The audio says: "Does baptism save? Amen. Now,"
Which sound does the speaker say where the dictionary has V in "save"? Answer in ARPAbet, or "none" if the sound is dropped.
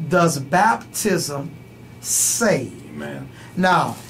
none